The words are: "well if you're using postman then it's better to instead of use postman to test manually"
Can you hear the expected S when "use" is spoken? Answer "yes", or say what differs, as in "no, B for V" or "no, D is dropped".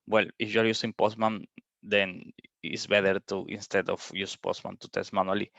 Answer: yes